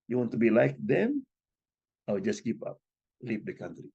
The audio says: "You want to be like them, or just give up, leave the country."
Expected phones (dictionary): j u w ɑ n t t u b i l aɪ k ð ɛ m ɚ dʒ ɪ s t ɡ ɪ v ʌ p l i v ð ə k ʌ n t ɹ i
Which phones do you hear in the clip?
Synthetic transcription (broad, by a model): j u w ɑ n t t u b i l aɪ k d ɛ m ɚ dʒ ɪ s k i p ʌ p l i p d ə k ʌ n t ɹ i